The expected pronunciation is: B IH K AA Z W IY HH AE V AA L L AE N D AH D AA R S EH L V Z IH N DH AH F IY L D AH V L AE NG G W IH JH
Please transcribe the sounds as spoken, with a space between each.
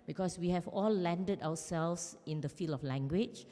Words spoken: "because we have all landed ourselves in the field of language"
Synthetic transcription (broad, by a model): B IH K AA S W IY HH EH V AA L L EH N D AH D AA W S EH L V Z IH N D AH F IY L AH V L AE NG G W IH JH